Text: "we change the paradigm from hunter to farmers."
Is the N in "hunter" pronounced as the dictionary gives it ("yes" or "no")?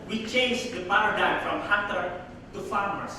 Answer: no